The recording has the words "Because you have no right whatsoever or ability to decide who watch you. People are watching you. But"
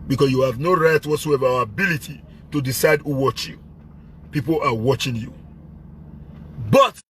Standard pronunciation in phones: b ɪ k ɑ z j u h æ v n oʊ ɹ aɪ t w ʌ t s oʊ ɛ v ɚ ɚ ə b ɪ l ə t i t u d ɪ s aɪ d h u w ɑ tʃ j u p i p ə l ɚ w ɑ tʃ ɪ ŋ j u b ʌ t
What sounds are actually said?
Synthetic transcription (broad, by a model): b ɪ k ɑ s j u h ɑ v n oʊ ɹ aɪ t w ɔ t s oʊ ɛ v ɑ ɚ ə b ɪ l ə t i t u d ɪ s aɪ d h u w ɑ tʃ j u p i p ə l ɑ w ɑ tʃ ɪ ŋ j u b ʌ t